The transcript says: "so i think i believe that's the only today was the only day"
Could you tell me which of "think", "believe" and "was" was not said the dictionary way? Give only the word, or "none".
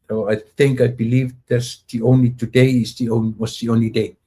was